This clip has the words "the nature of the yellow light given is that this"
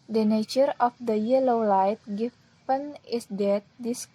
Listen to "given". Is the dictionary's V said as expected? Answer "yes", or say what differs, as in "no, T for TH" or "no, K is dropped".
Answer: no, P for V